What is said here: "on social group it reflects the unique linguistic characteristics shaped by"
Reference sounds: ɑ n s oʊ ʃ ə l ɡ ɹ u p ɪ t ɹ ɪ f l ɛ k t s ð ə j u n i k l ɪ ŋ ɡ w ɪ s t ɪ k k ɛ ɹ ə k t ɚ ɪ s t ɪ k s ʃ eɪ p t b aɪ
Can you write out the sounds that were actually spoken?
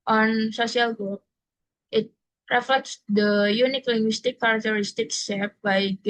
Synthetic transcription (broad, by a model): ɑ n s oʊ s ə l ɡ u ɪ t ɹ ɪ f l ɛ k t s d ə j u n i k l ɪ ŋ ɡ w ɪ s t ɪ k k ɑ ɹ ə k t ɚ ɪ s t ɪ k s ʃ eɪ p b aɪ